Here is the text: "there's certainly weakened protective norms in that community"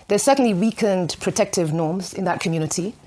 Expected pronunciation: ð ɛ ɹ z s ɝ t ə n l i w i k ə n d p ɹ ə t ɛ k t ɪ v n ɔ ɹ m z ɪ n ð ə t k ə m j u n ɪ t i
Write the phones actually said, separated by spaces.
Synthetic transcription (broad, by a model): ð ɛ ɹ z s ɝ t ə n l i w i k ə n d p ɹ ə t ɛ k t ɪ v n ɔ ɹ m z ɪ n ð ə t k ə m j u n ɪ t i